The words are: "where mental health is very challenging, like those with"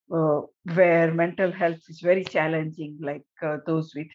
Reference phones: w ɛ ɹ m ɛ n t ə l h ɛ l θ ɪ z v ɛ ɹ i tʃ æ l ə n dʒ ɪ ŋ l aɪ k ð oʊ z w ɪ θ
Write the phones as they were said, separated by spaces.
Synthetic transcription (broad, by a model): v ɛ ɹ m ɛ n t ə l h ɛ l t ɪ z v ɛ ɹ i tʃ æ l ə n dʒ ɪ ŋ l aɪ k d oʊ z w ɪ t